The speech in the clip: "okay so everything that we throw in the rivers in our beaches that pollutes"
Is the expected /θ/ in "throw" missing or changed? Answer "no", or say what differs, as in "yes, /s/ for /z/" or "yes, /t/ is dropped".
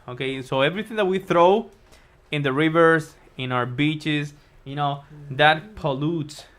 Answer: no